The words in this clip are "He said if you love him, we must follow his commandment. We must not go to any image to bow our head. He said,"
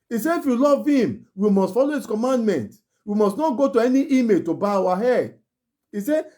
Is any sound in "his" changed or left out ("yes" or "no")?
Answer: yes